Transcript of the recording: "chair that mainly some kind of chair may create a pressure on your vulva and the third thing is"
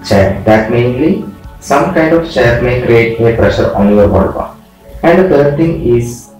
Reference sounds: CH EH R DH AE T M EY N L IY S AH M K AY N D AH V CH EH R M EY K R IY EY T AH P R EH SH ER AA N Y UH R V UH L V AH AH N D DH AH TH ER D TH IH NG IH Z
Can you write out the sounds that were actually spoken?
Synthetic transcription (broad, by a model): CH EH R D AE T M EY N L IY S AH M K AY N D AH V CH EH R M EY K R IY EY T AH P R EH SH ER AA N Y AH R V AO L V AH AH N D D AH T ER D T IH NG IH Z